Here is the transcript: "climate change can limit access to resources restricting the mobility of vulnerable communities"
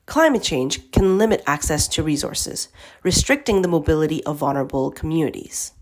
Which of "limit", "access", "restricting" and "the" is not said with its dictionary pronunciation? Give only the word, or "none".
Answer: none